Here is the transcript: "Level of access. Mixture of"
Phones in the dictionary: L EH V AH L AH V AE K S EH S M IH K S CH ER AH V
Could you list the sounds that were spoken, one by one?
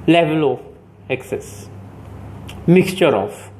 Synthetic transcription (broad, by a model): L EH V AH L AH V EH K S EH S M IH K S CH ER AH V